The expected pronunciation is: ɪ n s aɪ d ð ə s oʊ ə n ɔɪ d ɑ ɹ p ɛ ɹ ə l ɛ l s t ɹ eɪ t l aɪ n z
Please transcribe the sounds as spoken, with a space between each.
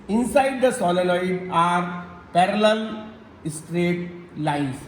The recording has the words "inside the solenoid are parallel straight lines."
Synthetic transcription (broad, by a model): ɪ n s aɪ d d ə s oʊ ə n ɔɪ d ɑ ɹ p ɛ ɹ ə l ɛ l s t ɹ eɪ t l aɪ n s